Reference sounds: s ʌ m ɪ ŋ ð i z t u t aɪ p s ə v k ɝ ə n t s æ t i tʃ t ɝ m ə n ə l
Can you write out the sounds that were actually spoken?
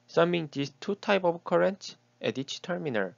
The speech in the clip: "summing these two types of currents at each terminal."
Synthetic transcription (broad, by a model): s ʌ m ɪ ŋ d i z t u t aɪ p ə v k ɝ ə n t s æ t i tʃ t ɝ m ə n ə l